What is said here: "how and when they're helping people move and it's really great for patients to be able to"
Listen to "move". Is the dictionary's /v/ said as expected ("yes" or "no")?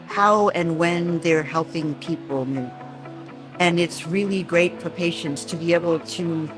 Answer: no